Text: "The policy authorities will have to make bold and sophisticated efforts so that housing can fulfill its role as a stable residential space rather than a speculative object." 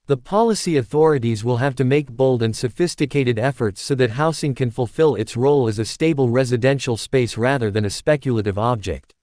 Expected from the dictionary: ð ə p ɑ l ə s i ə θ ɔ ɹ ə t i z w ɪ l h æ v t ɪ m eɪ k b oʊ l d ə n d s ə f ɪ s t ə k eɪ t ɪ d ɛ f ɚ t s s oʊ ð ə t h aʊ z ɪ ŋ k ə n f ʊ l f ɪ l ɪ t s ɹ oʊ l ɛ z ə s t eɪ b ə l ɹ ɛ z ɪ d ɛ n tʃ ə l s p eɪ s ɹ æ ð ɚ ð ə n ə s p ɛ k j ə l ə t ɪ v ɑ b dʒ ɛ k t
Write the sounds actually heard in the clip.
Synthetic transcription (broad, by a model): ð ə p ɑ l ə s i ə θ ɔ ɹ ə t i z w ɪ l h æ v t ɪ m eɪ k b oʊ l d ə n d s ə f ɪ s t ə k eɪ t ɪ d ɛ f ɚ t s s oʊ ð ə t h aʊ s ɪ ŋ k ə n f l f ɪ l ɪ t s ɹ oʊ l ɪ z ə s t eɪ b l ɹ ɛ z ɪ d ɛ n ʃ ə l s p eɪ s ɹ æ ð ɚ ð ə n ə s p ɛ k j ə l ə t ɪ v ɑ b dʒ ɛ k t